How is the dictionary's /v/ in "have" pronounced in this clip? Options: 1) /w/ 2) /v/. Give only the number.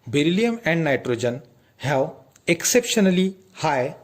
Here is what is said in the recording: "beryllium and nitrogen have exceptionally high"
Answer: 1